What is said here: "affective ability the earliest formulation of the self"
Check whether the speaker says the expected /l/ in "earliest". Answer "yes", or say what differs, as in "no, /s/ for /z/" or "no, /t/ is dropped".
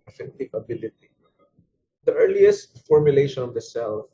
yes